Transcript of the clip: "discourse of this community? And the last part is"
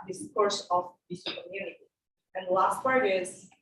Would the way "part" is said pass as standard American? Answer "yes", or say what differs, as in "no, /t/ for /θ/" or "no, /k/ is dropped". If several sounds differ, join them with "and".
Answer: no, /f/ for /p/